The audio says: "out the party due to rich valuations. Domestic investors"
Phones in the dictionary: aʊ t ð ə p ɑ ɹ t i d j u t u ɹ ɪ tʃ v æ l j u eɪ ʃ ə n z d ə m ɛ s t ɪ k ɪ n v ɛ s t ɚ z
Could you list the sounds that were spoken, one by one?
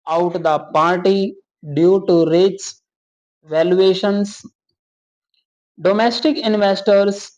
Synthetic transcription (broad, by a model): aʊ t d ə p ɑ ɹ t i d j u t u ɹ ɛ s v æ l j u eɪ ʃ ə n s d ə m ɛ s t ɪ k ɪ n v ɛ s t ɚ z